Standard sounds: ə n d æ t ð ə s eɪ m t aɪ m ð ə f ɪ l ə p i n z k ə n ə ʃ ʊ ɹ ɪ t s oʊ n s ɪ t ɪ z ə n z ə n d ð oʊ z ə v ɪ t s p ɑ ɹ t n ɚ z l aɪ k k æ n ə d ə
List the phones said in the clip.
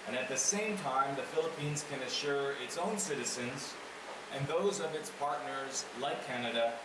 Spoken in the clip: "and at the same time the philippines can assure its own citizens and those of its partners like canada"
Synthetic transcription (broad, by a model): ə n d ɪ t ð ə s eɪ m t aɪ m ð ə f ɪ l ə p i n z k ə n ə ʃ ʊ ɹ ɪ t s oʊ n s ɪ t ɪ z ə n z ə n ð oʊ z ə v ɪ t s p ɑ ɹ t n ɚ z l aɪ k k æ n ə d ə